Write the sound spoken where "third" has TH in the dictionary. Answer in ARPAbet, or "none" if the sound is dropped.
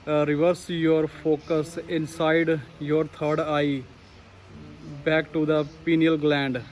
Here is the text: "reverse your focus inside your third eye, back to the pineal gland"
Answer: T